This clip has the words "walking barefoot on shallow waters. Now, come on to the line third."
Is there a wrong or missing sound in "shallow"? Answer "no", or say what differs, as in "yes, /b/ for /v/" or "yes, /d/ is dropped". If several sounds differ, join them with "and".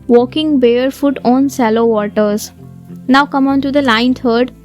yes, /s/ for /ʃ/